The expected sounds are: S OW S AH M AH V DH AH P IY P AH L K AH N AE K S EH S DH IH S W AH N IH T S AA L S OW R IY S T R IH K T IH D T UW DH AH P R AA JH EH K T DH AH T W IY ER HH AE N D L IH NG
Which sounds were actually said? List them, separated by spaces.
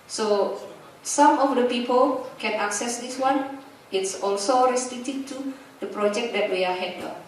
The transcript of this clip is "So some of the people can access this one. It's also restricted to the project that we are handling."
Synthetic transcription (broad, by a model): S OW S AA M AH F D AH P IY P AH L K AH N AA K S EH S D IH S W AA N IH T S AA L S OW R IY S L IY T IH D T UW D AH P R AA JH EH K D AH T W IY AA HH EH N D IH